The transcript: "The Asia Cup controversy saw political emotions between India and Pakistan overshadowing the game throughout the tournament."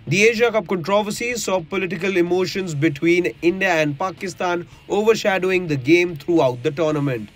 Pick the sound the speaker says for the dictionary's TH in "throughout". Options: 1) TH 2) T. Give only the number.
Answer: 2